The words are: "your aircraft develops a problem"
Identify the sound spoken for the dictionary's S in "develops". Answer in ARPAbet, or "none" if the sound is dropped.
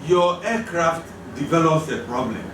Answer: S